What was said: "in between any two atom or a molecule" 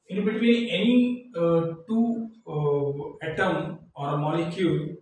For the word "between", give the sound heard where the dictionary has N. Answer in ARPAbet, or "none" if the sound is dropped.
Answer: none